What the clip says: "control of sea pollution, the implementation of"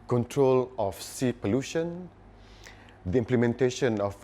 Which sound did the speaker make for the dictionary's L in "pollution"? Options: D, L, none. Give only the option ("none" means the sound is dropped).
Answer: L